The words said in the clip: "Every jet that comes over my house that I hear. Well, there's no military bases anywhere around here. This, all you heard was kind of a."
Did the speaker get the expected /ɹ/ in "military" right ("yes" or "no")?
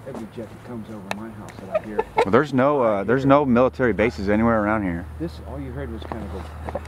yes